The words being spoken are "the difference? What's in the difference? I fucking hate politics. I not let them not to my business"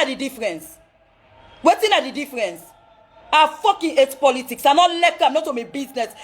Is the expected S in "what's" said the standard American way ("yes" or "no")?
no